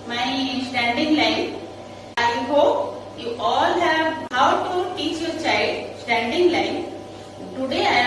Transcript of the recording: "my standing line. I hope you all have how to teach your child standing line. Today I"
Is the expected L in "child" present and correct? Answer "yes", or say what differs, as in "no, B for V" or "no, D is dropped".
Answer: no, L is dropped